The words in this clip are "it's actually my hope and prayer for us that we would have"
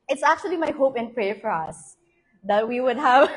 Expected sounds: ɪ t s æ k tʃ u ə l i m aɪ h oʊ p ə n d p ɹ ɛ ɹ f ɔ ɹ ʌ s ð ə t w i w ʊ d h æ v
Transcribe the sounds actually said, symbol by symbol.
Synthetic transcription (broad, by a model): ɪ t s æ k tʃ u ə l i m aɪ h oʊ p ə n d p ɹ ɛ ɹ f ɔ ɹ ʌ s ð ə t w i w ʊ d h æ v